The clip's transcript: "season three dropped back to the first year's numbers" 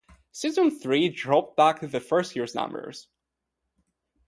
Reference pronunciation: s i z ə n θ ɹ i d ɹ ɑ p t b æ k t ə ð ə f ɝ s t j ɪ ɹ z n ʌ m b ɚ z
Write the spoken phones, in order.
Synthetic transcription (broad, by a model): s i z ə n θ ɹ i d ɹ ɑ p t b æ k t ð ə f ɝ s t j ɪ ɹ z n ʌ m b ɚ z